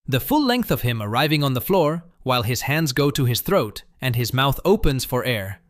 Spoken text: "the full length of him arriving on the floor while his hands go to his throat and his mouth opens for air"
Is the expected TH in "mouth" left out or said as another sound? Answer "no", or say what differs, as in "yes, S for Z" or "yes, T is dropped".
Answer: no